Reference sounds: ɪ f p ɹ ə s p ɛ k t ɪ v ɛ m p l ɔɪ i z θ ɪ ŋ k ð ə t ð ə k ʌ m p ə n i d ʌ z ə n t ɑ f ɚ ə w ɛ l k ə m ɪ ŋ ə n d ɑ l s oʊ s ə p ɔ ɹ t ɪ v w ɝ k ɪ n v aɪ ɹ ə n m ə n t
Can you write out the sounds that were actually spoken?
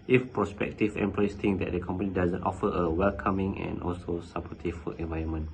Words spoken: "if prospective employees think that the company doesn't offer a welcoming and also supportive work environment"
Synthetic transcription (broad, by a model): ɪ f p ɹ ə s p ɛ k t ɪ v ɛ m p l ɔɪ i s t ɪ ŋ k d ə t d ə k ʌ m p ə n i d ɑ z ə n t ɑ f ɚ ə w ɛ l k ə m ɪ ŋ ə n ɑ l s oʊ s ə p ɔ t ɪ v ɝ ɪ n v aɪ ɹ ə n m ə n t